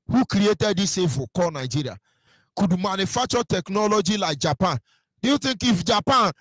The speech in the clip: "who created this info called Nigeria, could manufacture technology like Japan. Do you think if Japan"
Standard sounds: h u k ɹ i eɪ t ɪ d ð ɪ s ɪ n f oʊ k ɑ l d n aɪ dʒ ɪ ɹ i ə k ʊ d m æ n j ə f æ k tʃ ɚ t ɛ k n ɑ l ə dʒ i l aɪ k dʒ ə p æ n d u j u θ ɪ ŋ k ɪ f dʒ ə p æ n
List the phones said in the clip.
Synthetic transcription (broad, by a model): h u k ɹ i eɪ t ɪ d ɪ s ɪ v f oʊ k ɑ n aɪ dʒ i ɹ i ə k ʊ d m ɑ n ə f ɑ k tʃ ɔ t ɛ k n ɑ l ə dʒ i l aɪ k dʒ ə p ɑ n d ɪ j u t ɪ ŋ k ɪ f dʒ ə p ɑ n